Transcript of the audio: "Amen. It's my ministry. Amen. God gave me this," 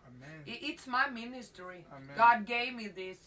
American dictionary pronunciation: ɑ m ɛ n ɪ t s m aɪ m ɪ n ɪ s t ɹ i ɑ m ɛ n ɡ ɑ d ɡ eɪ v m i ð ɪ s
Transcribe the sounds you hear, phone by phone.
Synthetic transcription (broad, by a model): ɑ ɪ t s m aɪ m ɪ n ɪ s t i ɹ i ɡ ɑ d ɡ eɪ v m i ð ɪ s